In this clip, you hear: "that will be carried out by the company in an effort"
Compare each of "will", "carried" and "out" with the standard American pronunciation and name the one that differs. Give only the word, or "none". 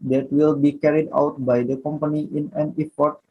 none